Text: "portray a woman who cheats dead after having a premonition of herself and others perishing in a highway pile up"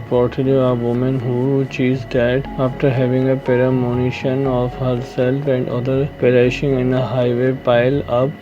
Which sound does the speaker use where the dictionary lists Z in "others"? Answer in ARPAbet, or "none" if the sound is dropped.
none